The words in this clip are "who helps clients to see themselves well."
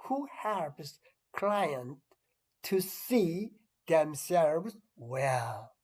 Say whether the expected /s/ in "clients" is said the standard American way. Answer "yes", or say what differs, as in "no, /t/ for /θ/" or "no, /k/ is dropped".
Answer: no, /s/ is dropped